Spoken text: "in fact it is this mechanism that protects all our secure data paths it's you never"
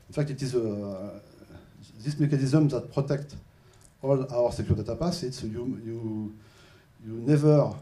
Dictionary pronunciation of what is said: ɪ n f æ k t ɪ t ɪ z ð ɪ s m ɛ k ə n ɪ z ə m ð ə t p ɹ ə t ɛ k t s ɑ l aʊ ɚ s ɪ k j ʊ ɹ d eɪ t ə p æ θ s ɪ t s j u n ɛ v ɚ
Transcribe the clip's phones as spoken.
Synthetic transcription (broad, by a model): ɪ n f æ k t ɪ t ɪ z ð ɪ s m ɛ k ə n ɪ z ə m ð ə t p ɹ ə t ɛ k t ɑ l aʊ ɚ s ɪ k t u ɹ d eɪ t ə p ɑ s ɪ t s j u n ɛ v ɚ